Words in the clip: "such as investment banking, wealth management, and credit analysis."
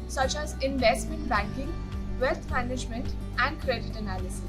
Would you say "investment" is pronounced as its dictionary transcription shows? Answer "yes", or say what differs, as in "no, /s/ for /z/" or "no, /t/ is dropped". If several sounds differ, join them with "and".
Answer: yes